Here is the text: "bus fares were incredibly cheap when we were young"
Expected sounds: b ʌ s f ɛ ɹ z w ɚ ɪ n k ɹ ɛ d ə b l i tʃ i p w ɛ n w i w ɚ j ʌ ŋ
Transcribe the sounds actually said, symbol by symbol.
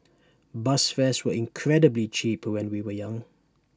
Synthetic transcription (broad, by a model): b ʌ s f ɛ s w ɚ ɪ n k ɹ ɛ d ə b l i tʃ i p w ɛ n w i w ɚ j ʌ ŋ